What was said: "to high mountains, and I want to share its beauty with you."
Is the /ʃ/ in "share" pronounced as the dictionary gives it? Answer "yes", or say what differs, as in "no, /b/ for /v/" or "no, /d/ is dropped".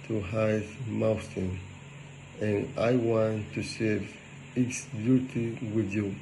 no, /s/ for /ʃ/